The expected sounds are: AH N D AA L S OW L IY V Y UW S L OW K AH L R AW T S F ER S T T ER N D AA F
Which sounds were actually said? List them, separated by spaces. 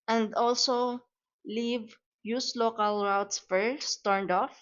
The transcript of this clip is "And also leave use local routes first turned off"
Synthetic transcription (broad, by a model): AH N D AA L S OW L IY V Y UW S L OW K AH L R AW T S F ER S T T ER N D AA F